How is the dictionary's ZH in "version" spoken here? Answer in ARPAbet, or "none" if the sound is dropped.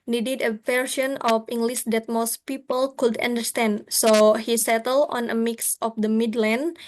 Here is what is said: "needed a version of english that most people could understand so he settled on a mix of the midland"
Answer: S